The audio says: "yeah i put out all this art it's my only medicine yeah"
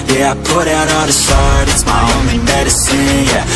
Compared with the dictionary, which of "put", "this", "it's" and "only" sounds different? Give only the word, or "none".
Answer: this